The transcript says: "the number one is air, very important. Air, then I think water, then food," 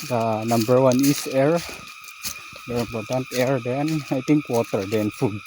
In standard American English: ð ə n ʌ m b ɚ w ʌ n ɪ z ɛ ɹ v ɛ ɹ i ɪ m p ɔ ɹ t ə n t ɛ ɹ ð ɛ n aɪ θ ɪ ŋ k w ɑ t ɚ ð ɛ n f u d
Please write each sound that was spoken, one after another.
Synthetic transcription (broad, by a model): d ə n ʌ m b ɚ w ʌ n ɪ s ɛ ɹ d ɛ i ɪ m p ɔ ɹ t ə n t ɛ ɹ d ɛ n aɪ t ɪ ŋ k w ɑ t ɚ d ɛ n f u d